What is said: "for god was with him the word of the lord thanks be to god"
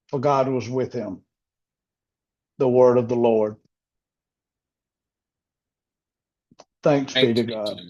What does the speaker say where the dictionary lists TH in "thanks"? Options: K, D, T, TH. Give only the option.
TH